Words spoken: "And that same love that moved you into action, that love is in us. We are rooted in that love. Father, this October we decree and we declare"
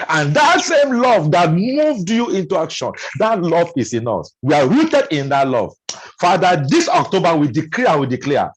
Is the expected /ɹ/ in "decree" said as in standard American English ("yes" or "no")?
no